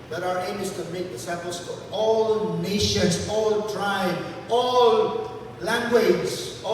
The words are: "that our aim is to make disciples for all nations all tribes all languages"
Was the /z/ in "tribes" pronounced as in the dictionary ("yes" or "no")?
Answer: no